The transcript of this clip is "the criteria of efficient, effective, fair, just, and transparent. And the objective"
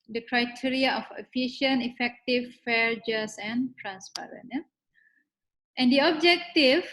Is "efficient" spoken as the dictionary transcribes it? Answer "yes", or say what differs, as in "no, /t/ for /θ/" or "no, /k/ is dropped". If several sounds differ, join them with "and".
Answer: no, /t/ is dropped